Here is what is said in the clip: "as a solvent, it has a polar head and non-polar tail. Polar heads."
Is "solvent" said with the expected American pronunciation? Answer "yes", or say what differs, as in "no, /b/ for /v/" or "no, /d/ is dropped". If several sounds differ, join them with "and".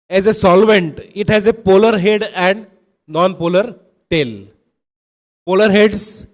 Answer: yes